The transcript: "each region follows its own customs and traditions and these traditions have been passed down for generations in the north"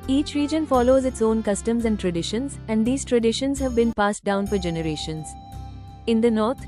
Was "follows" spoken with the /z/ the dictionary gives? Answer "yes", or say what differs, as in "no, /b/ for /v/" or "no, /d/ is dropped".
yes